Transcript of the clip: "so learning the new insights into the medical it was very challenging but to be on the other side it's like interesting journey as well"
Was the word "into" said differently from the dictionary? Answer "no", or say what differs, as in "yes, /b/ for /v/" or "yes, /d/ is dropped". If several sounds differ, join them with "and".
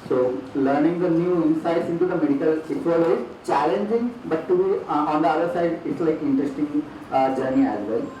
no